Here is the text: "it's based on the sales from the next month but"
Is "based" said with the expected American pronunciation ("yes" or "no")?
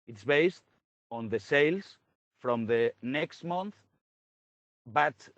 yes